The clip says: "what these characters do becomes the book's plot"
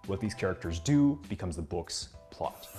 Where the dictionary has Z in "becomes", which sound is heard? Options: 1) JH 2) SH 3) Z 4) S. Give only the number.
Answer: 3